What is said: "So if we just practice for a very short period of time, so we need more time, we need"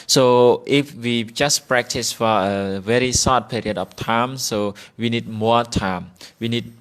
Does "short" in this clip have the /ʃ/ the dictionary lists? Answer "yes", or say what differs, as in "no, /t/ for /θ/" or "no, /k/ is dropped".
no, /s/ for /ʃ/